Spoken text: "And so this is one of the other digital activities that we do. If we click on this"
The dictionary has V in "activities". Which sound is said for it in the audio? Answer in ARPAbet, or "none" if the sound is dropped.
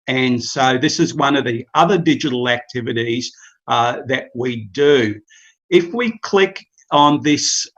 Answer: V